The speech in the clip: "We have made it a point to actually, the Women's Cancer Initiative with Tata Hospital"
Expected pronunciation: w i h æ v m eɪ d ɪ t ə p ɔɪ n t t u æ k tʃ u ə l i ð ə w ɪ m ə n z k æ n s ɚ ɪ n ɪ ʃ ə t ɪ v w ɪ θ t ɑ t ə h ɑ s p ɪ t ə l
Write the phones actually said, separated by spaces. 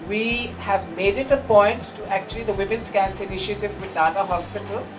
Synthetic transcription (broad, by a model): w i h æ v m eɪ d ɪ t ə p ɔɪ n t t u æ k tʃ u ə l i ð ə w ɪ m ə n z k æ n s ɪ n ɪ ʃ ə t ɪ v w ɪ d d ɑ t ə h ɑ s p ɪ t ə l